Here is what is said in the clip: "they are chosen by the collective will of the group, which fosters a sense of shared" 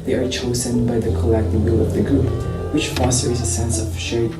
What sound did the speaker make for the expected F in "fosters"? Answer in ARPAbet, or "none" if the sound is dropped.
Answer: F